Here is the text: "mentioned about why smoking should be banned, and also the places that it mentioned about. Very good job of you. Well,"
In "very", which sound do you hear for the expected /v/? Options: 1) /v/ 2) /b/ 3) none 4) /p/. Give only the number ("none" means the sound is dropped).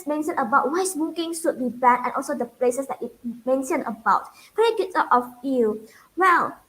4